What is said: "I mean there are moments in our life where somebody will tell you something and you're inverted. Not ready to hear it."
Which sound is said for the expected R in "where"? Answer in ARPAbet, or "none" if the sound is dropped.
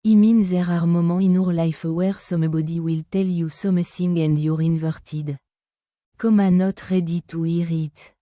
R